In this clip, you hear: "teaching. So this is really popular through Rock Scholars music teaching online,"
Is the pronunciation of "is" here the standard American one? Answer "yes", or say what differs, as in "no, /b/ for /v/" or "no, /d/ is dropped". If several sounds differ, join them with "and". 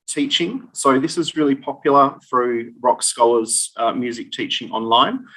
yes